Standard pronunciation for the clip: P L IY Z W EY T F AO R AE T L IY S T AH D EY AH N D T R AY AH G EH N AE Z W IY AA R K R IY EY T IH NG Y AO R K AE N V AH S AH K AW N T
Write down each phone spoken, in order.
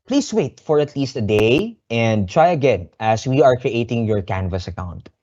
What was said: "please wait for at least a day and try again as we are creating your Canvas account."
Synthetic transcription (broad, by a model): P L IY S W EY T F AO R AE T L IY S T AH D EY AH N D T R AY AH G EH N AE S W IY AA R K R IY EY T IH NG Y AO R K AE N V AH S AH K AW N T